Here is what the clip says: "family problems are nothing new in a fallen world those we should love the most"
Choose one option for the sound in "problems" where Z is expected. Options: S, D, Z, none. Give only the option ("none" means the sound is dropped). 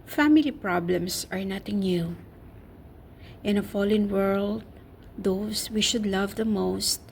S